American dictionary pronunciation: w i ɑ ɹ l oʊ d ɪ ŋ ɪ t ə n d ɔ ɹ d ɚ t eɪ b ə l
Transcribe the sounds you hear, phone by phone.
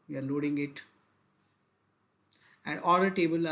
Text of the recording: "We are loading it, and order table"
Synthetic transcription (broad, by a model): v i ɑ ɹ l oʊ d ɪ ŋ ɪ t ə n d ɔ l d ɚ t eɪ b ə l